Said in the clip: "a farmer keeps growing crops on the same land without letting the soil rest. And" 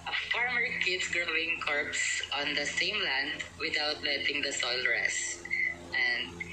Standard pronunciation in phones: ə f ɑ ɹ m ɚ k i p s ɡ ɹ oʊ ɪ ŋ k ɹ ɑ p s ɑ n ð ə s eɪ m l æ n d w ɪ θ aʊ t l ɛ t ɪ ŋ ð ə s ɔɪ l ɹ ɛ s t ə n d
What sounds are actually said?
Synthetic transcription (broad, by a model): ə f ɑ ɹ m ɚ k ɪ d s ɡ ɹ oʊ ɪ ŋ k ɹ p s ɑ n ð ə s eɪ m l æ n d w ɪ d aʊ t l ɛ t ɪ ŋ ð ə s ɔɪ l ɹ ɛ s t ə n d